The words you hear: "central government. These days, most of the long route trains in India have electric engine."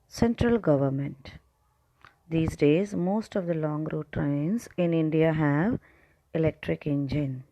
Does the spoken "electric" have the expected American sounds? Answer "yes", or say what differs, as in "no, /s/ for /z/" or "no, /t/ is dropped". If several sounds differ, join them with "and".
yes